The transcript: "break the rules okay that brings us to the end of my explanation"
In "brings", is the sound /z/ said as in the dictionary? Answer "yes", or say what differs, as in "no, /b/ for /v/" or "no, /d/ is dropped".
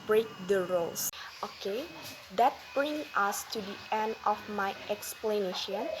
no, /z/ is dropped